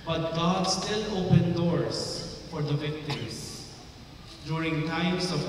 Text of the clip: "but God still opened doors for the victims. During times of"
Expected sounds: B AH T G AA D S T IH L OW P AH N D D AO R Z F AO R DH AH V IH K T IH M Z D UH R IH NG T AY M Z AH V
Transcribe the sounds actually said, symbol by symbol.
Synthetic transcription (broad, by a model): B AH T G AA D S T IH L OW P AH N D D AO R S F AO R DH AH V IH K T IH M S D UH R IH NG T AY M S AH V